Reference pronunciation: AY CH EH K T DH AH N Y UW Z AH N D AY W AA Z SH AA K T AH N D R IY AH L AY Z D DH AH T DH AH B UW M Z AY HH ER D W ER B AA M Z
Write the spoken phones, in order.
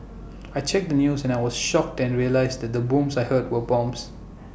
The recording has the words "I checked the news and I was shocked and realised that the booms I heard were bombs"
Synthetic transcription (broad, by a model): AY CH EH K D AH N Y UW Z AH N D AY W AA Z SH AA K T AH N R IY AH L AY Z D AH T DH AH B UW M S AY HH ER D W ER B AA M S